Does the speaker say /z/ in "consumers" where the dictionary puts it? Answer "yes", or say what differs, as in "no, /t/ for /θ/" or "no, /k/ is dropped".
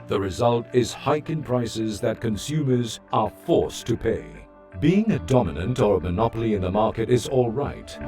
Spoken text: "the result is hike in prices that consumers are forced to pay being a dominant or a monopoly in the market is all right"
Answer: yes